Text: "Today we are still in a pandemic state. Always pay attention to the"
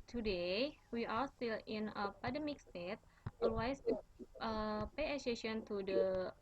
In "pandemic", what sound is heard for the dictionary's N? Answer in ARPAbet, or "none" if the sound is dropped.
none